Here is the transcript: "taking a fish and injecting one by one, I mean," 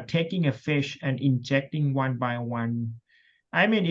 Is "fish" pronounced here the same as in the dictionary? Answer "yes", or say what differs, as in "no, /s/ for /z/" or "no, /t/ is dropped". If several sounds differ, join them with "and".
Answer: yes